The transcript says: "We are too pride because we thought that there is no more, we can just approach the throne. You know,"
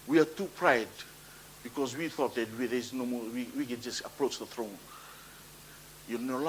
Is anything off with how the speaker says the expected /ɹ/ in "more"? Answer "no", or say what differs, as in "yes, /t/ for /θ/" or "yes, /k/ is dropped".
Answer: yes, /w/ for /ɹ/